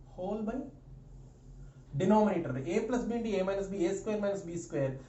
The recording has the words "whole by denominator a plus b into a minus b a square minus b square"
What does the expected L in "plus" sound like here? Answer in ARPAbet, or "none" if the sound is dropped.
L